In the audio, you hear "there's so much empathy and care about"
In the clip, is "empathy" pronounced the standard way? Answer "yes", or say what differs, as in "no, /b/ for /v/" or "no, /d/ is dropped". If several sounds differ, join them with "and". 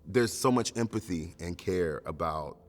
yes